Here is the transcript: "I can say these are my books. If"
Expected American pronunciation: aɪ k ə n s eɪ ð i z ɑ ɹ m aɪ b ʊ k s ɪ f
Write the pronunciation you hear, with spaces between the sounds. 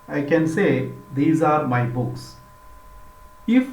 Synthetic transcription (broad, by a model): aɪ k ə n s eɪ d i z ɑ ɹ m aɪ b ʊ k s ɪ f